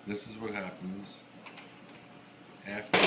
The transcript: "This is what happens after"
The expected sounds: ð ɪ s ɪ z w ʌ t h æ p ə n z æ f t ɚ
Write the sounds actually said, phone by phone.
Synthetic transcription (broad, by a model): ð ɪ s ɪ z w ʌ t h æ p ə n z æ f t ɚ